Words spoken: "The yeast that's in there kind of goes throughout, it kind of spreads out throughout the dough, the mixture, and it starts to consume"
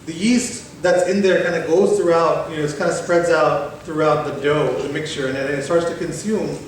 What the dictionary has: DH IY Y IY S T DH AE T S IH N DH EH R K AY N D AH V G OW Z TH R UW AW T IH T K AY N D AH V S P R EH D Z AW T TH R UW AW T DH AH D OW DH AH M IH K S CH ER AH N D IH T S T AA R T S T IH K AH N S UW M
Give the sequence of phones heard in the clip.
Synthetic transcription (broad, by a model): DH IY IY S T DH AE T S IH N DH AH R K AY N D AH G OW Z TH R UW AW T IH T K AY N D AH S P R EH D Z AW T TH R UW AW T DH AH D OW DH AH M IH K S CH ER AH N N IH T S T AA R T S T IH K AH N S UW M